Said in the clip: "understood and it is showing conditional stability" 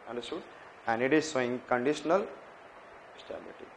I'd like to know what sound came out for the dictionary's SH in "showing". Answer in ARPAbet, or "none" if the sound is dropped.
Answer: S